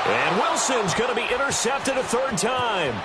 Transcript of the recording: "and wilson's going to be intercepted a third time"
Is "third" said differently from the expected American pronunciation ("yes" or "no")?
no